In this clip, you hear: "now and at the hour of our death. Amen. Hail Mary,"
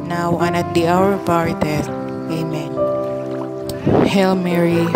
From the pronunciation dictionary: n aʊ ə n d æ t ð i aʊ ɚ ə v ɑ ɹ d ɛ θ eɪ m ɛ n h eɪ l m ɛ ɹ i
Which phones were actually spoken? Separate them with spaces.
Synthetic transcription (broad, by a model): n aʊ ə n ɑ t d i aʊ ɚ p ɑ ɹ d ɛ t eɪ m ɛ n h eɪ l m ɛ ɹ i